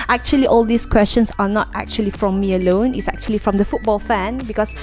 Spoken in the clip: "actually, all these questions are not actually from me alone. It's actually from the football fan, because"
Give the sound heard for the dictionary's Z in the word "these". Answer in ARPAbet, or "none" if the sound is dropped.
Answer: S